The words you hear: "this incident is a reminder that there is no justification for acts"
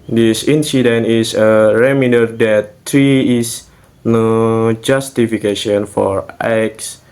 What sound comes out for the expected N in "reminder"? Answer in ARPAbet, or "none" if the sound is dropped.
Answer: none